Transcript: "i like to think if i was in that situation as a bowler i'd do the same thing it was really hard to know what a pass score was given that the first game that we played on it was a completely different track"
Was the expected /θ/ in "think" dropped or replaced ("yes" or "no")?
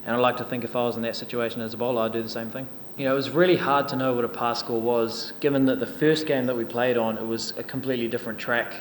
no